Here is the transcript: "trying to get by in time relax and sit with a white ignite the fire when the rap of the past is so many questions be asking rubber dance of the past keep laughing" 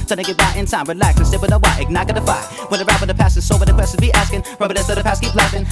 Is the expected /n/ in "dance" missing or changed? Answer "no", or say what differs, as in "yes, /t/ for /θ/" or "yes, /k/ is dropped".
yes, /n/ is dropped